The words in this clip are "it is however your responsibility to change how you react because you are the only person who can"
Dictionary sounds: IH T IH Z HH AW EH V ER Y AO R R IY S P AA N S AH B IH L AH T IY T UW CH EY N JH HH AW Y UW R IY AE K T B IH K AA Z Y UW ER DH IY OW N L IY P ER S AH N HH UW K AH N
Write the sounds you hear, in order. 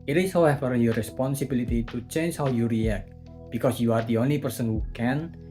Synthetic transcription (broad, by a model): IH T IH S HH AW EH F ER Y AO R R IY S P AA N S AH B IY L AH T IY T UW CH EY N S HH AW Y UW R IY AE K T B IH K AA S Y UW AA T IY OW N IY P ER S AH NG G UW K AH N